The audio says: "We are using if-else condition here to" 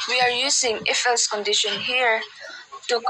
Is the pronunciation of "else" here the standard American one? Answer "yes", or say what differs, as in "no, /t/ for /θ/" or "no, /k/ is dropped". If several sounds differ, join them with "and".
no, /l/ is dropped